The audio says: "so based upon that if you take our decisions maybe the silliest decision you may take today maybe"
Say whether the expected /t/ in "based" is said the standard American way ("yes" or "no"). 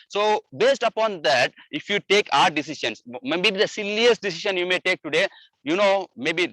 yes